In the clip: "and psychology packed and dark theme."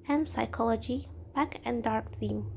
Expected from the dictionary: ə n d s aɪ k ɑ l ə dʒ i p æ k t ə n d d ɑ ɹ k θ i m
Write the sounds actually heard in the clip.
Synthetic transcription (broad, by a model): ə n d s aɪ k ɑ l ə dʒ i b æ k ə n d d ɑ ɹ k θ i m